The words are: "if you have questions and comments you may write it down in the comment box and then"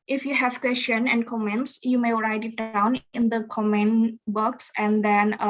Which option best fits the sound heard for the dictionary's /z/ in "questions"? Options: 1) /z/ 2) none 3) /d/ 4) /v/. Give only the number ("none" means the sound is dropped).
2